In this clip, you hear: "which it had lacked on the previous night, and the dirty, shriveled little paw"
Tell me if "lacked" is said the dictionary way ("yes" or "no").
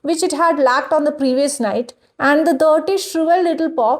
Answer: yes